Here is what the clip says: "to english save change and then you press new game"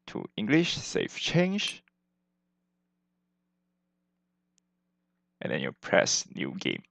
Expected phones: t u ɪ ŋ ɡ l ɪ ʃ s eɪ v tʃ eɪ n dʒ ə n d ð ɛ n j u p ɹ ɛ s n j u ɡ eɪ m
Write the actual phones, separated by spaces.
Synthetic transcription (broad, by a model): t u ɪ ŋ ɡ l ɪ ʃ s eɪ f tʃ eɪ n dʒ ə n d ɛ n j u p ɹ ɛ s n j u ɡ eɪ m